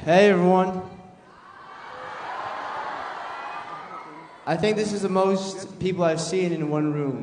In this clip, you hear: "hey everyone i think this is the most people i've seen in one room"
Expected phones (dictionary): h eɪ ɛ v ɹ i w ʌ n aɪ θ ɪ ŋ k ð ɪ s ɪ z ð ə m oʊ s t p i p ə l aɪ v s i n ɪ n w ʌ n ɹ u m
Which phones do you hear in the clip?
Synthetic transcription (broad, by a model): h eɪ ɛ v ɹ i w ʌ n aɪ θ ɪ ŋ k ð ɪ s ɪ z ð ə m oʊ s t p i p l aɪ v s i n ɪ n w ʌ n ɹ u m